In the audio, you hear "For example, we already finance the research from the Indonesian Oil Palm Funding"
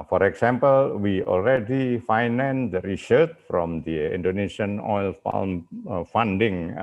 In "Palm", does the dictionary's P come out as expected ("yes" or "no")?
no